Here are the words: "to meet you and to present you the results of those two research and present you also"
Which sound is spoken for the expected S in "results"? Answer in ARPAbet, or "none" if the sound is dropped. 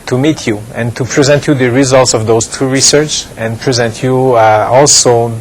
S